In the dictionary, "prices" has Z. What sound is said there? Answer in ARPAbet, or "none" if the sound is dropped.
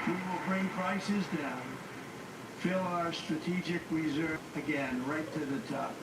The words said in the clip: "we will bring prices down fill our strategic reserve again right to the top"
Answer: Z